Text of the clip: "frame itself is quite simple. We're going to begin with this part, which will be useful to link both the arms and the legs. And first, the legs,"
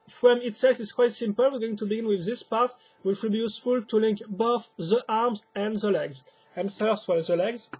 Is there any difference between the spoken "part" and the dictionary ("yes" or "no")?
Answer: no